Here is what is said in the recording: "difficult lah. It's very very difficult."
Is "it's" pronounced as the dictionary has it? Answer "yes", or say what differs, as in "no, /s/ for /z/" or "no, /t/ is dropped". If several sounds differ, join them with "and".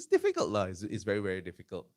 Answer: no, /s/ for /t/